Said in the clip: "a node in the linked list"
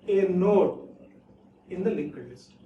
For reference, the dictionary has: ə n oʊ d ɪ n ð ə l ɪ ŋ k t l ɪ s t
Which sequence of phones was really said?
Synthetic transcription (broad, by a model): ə n oʊ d ɪ n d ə l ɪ k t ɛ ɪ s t